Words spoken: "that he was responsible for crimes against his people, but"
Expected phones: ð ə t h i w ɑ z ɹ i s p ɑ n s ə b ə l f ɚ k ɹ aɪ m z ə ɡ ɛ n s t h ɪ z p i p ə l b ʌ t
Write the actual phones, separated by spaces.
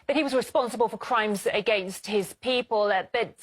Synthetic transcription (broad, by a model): ð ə t h i w ɑ z ɹ i s p ɑ n s ə b ə l f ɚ k ɹ aɪ m z ə ɡ ɛ n s t h ɪ z p i p ə l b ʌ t